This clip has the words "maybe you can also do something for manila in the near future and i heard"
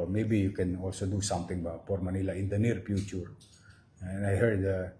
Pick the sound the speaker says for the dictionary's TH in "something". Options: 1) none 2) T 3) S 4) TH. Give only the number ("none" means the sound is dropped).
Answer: 2